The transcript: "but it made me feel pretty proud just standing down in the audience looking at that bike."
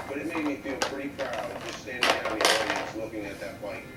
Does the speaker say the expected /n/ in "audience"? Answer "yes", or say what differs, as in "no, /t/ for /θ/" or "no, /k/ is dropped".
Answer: no, /n/ is dropped